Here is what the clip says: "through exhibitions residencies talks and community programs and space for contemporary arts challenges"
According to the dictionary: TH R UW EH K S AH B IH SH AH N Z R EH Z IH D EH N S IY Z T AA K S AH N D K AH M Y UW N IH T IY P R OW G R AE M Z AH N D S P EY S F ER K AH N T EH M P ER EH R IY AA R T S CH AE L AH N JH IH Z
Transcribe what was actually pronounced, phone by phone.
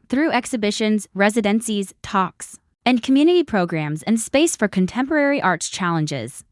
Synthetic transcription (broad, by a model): TH R UW EH K S AH B IH SH AH N Z R EH Z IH D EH N S IY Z T AA K S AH N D K AH M Y UW N IH T IY P R OW G R AE M Z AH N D S P EY S F ER K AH N T EH M P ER EH R IY AA R T S CH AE L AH N JH IH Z